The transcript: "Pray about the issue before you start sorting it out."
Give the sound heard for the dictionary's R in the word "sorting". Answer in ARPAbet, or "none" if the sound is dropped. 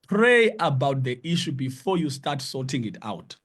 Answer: L